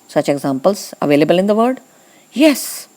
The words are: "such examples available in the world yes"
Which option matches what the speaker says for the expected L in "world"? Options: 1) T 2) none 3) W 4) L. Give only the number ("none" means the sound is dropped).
2